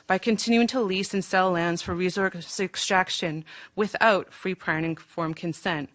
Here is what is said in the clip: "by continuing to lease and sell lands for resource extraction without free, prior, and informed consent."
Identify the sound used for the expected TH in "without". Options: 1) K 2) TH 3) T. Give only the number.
2